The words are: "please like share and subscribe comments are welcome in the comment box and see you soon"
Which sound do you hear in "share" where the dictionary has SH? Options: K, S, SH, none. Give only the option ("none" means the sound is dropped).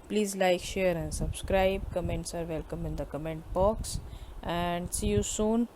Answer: SH